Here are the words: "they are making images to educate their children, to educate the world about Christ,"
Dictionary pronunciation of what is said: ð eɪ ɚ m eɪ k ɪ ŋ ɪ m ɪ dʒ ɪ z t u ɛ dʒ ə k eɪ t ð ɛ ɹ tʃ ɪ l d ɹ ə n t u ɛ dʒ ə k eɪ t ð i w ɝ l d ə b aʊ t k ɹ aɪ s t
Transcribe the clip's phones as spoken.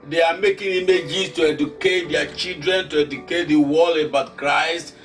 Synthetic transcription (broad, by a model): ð eɪ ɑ m eɪ k ɪ ŋ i m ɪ dʒ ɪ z t u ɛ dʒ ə k eɪ t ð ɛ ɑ tʃ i l d ɹ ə n t u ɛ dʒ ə k eɪ t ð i w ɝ l ə b aʊ t k ɹ aɪ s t